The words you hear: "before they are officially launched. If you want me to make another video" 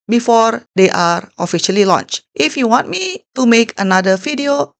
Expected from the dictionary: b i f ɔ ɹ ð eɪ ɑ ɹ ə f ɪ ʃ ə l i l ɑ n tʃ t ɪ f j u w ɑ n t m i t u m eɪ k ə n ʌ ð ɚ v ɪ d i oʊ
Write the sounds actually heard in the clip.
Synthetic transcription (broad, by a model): b i f ɔ ɹ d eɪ ɑ ɹ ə f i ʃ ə l i l ɑ n tʃ t ɪ f j u w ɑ n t m i t u m eɪ k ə n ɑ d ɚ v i d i oʊ